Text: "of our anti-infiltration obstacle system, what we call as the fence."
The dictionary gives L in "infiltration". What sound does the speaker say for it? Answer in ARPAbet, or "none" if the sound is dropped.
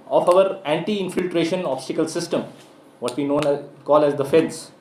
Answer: L